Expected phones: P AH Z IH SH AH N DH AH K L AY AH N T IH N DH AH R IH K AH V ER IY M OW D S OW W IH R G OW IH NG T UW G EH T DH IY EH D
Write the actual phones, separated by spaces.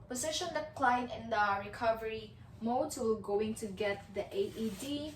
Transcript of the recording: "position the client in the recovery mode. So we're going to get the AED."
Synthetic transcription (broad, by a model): P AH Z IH SH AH N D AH K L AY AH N IH N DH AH R IH K AH V ER IY M OW D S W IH L G OW IH NG T UW G EH T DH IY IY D